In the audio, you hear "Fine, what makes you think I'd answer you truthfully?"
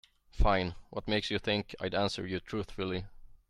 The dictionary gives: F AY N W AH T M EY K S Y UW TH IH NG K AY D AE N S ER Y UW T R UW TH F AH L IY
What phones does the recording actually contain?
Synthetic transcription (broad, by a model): F AY N W AH T M EY K S Y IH TH IH NG K AY D AE N S ER Y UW T R UW TH F AH L IY